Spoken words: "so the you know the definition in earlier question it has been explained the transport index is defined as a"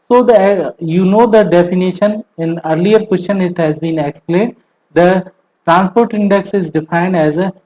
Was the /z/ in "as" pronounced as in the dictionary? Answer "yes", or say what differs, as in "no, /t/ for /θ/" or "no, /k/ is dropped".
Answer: yes